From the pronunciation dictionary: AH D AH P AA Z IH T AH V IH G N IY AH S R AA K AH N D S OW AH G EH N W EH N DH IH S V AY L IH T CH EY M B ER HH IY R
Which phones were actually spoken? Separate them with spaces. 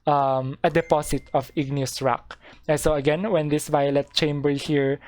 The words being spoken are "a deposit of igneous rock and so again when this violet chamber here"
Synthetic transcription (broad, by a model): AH D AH P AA S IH T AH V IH G N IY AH S R AA K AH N S OW AH G EH N W EH N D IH S V AY L IH T CH EY M B ER HH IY R